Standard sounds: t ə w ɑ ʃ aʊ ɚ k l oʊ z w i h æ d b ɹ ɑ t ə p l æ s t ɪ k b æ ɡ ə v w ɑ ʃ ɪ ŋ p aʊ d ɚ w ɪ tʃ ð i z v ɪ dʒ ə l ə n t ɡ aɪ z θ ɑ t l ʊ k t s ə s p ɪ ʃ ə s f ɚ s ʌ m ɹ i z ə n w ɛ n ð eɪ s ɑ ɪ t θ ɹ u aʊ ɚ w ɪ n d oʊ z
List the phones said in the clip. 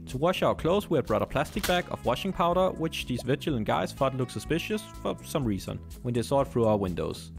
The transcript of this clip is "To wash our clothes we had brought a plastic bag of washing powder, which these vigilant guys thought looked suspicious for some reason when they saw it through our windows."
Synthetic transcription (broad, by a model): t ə w ɑ ʃ aʊ ɚ k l oʊ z w i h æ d b ɹ ɑ t ə p l æ s t ɪ k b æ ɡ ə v w ɑ ʃ ɪ ŋ p aʊ d ɚ w ɪ tʃ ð i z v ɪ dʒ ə l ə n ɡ aɪ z f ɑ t l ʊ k s ə s p ɪ ʃ ə s f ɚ s ʌ m ɹ i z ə n w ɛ n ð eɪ s ɑ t θ ɹ u aʊ ɚ w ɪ n d oʊ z